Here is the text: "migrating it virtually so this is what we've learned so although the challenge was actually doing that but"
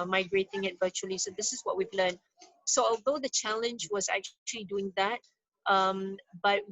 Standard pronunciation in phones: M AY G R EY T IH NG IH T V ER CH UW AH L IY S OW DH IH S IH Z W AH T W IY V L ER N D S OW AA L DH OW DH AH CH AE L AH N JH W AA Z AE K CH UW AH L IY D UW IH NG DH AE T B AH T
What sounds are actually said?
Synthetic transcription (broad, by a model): M AY G R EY T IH NG IH T V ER CH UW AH L IY S OW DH IH S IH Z W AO T W IY V L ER N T S OW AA L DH OW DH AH CH AE L AH N JH W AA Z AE K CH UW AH L IY D UW IH NG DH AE T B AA T